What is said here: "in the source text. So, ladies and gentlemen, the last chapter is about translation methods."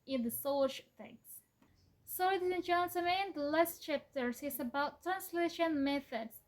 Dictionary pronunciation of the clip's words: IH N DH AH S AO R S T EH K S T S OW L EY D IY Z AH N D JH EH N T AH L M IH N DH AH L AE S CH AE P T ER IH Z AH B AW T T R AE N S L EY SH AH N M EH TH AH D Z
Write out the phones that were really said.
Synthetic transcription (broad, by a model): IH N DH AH S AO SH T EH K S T S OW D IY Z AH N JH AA N S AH M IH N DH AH L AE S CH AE P T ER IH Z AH B AW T T R AE N S L EY SH AH N M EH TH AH D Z